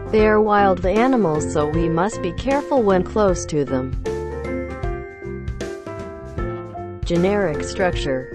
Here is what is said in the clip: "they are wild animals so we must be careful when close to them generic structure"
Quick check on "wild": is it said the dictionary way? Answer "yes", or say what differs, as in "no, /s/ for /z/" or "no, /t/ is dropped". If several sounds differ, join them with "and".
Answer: yes